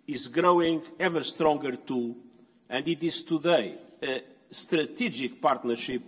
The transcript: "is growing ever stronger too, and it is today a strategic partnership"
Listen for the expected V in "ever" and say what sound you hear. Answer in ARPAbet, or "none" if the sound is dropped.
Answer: V